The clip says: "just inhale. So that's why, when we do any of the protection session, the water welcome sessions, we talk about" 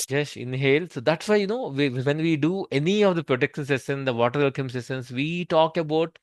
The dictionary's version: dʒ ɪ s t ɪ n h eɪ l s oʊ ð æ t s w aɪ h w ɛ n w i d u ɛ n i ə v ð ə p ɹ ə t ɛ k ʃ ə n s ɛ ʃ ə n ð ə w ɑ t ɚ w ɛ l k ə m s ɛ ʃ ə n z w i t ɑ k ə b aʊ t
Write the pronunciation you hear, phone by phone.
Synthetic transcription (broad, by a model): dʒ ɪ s ɪ n h eɪ l s oʊ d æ t s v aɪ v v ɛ n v i d u ɛ n i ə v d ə p ɹ ə t ɛ k ʃ ə n s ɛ s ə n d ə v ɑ t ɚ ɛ l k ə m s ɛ s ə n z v i t ɑ k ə b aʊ t